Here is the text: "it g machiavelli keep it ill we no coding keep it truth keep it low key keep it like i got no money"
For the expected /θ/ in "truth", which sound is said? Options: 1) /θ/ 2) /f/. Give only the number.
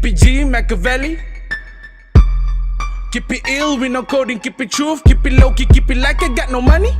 2